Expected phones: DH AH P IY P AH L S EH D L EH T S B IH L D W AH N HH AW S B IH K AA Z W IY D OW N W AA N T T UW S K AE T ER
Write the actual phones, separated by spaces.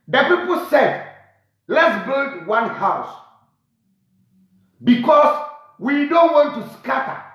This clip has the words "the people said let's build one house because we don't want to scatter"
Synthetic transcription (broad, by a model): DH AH P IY P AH L S EH D L EH T S B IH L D W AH N HH AW S B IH K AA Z W IY D OW N W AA N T T UW S K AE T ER